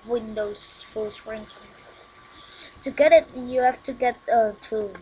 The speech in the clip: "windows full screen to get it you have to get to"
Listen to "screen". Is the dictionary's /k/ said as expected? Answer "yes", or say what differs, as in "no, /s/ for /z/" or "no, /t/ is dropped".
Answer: no, /k/ is dropped